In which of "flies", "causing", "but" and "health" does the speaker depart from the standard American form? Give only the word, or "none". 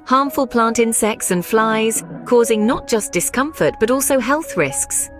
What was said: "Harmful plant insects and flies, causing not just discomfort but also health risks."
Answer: none